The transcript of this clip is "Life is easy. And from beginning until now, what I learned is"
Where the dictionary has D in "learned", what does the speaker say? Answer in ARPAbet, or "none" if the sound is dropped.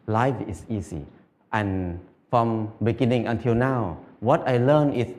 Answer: none